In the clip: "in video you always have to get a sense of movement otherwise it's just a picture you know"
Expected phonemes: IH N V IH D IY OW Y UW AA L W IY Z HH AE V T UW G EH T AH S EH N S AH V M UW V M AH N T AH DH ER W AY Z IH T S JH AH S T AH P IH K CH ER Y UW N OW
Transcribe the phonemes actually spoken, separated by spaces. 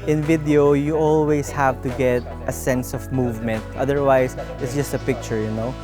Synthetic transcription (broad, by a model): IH N V IH D IY OW Y UW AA L W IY S HH AE V T UW G EH T AH S EH N S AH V M UW V M AH N T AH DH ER W AY S IH T S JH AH S T AH P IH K CH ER Y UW N OW